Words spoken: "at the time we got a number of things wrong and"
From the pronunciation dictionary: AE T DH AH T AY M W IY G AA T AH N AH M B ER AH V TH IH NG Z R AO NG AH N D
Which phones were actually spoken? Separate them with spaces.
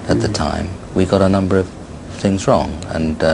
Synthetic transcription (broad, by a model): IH T DH AH T AY M W IY G AA T AH N AH M B ER AH V TH IH NG Z R AO NG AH N